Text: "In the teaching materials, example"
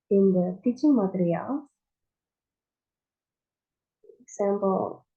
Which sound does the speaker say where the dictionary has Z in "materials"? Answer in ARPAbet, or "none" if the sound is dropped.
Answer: none